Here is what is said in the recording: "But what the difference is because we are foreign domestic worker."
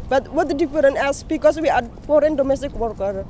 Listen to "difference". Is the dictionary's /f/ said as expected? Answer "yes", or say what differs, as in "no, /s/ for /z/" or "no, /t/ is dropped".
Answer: no, /f/ is dropped